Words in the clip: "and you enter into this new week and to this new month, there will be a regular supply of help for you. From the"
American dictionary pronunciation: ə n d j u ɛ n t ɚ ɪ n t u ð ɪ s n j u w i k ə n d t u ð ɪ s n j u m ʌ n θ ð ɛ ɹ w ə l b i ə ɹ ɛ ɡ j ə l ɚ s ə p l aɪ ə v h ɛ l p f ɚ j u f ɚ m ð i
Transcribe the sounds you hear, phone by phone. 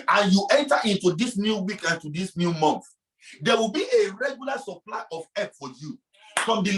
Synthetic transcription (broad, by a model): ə n j u ɛ n t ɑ ɪ n t u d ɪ s n j u w i k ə n t u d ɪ s n j u m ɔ n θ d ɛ w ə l b i ə ɹ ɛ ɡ j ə l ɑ s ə p l aɪ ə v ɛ p f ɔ j u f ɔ m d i